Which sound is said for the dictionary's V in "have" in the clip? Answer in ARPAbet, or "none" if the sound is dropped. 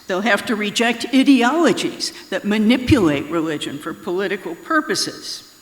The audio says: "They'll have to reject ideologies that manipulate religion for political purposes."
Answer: F